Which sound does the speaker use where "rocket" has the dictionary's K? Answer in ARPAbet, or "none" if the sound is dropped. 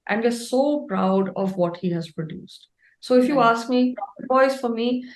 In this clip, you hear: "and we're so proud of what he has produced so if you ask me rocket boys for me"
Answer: none